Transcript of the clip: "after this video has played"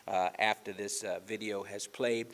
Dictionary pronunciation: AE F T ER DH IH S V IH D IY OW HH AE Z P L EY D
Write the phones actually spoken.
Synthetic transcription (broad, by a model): AE F T ER DH IH S V IH D IY OW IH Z P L EY D